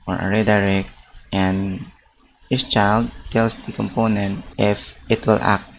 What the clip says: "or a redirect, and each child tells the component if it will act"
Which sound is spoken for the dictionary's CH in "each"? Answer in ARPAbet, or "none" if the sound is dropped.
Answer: S